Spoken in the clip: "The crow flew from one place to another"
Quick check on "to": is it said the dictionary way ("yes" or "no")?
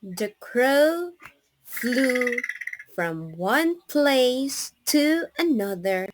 yes